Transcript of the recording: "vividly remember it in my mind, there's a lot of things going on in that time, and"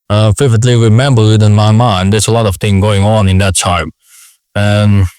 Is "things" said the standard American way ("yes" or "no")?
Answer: no